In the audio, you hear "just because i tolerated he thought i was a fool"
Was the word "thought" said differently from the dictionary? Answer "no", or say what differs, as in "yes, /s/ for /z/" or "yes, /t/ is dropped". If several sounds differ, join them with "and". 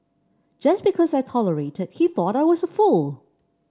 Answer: no